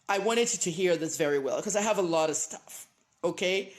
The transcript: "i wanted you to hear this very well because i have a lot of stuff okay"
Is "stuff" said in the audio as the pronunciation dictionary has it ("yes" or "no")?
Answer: yes